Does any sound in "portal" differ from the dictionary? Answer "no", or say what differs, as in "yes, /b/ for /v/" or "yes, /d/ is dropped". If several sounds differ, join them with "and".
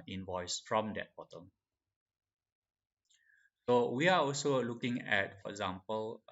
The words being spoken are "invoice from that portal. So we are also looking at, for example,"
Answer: yes, /b/ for /p/